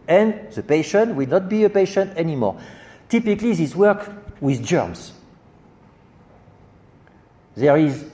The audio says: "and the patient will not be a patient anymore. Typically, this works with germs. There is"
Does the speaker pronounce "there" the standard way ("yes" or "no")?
yes